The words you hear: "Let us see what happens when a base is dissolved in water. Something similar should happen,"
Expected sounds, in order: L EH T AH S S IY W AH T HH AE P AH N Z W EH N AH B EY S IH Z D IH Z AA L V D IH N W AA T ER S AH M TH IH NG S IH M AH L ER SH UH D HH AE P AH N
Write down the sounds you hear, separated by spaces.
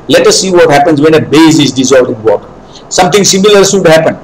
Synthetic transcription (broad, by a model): L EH T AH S S IY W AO T HH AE P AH N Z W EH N AH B EY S IH Z D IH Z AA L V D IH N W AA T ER S AH M T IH NG S IH M AH L ER S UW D HH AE P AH N